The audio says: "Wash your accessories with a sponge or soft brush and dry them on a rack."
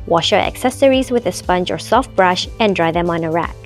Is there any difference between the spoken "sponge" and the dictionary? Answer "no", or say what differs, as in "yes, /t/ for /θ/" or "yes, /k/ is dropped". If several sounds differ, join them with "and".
no